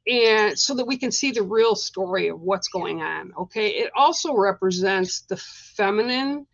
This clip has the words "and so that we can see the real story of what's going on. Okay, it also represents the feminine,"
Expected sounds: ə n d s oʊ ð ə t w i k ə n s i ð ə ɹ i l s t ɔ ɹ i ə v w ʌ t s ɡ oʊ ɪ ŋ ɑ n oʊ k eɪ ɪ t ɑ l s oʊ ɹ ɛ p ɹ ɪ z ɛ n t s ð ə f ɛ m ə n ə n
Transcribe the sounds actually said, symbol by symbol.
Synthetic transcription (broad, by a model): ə n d s oʊ ð ə t w i k ə n s i ð ə ɹ i l s t ɔ ɹ i ə v w ʌ t s ɡ oʊ ɪ ŋ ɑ n oʊ k eɪ ɪ t ɑ l s oʊ ɹ ɛ p ɹ ɪ z ɛ n t s ð ə f ɛ m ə n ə n